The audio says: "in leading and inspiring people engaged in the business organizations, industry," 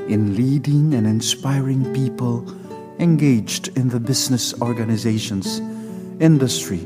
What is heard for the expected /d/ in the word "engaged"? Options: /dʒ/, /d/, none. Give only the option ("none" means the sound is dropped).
/d/